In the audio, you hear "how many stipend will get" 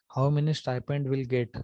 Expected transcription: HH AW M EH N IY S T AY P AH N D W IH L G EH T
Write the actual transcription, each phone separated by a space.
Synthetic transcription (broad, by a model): HH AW M EH N IY S T AY P AH N D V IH L G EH T